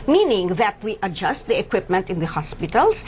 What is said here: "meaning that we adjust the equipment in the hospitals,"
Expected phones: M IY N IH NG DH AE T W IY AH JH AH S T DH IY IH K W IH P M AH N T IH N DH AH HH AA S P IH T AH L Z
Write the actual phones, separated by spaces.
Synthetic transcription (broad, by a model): M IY N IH NG DH AE T W IY AH JH AH S T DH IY IH K W IH P M AH N T IH N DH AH HH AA S P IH T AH L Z